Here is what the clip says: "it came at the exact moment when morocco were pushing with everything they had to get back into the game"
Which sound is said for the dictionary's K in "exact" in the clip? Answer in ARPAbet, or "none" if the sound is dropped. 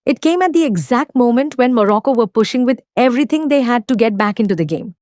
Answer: K